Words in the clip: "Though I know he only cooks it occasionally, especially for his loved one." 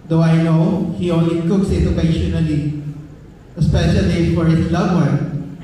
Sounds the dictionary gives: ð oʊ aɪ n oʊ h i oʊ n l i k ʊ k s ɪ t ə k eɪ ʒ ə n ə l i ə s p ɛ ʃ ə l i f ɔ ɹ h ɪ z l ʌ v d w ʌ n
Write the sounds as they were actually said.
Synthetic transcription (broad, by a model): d oʊ aɪ n oʊ h i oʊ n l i k ʊ k s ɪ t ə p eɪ ʃ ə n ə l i ə s p ɛ ʃ ə l i f ɔ ɹ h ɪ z l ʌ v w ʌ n